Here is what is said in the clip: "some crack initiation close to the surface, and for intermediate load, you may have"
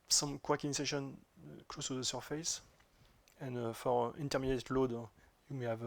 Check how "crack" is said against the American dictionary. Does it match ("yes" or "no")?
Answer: no